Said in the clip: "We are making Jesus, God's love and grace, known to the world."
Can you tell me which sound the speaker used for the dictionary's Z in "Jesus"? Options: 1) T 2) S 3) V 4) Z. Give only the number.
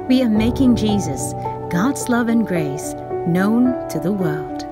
4